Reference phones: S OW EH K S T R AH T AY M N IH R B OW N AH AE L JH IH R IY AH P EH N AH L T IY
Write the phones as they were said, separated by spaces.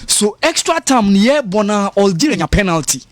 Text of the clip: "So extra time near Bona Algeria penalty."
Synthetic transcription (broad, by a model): S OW EH K S T R AH T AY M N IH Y B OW N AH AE L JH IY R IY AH P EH N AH L T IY